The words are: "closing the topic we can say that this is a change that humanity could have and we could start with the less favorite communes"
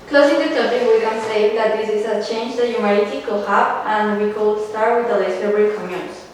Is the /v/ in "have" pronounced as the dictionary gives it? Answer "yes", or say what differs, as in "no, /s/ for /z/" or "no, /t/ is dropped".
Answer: no, /p/ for /v/